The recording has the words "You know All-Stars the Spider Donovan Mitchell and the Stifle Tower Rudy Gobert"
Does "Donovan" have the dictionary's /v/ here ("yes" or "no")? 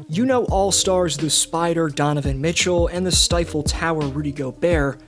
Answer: yes